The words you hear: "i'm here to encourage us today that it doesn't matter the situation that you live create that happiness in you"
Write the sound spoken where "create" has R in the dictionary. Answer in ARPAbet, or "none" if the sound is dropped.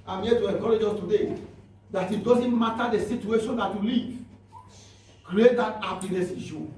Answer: R